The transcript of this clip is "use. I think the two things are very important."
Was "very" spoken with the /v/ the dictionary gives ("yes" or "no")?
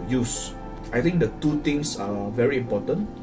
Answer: yes